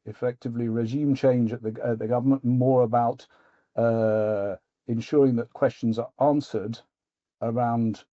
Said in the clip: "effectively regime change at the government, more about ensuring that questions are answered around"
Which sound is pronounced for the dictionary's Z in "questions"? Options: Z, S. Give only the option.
Z